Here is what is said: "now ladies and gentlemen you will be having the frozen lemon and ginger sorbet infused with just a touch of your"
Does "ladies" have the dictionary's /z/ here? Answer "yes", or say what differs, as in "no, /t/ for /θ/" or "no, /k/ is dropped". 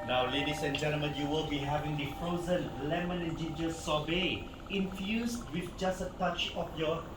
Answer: no, /s/ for /z/